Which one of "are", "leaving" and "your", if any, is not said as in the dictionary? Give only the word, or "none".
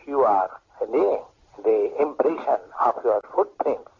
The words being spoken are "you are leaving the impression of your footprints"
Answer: leaving